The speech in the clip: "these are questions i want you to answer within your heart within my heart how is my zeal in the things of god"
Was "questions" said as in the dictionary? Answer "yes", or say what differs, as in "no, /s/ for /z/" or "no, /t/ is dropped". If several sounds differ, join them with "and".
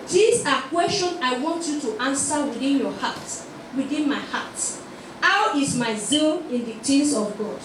no, /z/ is dropped